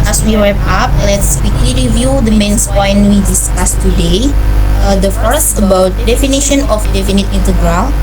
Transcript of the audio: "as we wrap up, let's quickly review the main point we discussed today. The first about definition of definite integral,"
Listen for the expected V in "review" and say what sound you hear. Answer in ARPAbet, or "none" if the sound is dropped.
V